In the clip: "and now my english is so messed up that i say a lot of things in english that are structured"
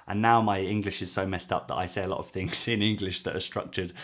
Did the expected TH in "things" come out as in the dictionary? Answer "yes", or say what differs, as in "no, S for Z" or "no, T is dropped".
yes